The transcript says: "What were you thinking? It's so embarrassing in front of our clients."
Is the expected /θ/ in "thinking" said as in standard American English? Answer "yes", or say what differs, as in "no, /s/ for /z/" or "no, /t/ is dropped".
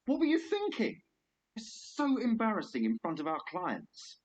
yes